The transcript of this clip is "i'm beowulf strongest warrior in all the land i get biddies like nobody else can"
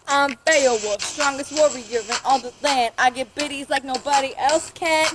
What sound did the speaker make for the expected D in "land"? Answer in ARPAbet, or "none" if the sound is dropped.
none